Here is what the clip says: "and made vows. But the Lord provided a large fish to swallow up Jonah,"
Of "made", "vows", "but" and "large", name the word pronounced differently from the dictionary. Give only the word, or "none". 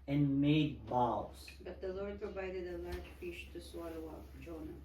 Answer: vows